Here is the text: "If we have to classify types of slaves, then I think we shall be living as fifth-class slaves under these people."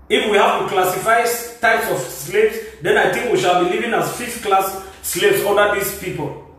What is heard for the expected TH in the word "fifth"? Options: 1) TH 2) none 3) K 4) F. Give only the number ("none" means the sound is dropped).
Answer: 4